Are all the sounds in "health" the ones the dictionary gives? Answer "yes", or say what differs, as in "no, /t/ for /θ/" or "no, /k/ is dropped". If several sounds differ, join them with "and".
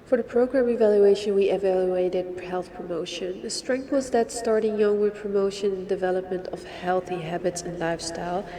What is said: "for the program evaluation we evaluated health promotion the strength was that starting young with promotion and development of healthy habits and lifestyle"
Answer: yes